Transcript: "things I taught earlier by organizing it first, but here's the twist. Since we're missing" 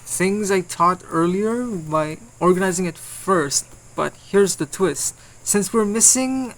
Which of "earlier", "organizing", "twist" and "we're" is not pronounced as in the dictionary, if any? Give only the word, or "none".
none